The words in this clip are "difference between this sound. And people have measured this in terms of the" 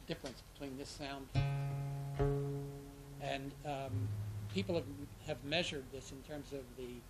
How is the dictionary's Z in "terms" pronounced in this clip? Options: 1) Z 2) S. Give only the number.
1